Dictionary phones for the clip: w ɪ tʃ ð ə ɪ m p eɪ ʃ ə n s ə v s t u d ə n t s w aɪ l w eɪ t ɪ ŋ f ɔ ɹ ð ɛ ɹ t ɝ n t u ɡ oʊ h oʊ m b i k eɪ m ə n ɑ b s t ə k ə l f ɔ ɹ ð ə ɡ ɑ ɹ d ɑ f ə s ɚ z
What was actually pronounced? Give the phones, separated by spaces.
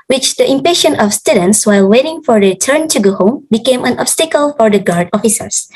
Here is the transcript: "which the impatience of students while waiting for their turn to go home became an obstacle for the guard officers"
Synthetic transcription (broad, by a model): w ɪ tʃ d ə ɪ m p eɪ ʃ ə n ə f s t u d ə n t s w aɪ l w eɪ t ɪ ŋ f ɔ ɹ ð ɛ t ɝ n t u ɡ oʊ h oʊ m b i k eɪ m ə n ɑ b s t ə k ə l f ɔ ɹ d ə ɡ ɑ ɹ d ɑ f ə s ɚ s